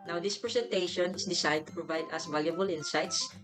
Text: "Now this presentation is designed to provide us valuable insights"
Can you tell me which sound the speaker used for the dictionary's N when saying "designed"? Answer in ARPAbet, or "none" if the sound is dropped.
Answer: none